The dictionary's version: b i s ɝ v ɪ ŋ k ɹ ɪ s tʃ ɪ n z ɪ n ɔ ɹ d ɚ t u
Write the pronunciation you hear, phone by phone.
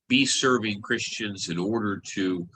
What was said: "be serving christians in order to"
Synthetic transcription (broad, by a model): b i s ɝ v ɪ ŋ k ɹ ɪ s tʃ ɪ n z ɪ n ɔ ɹ d ɚ t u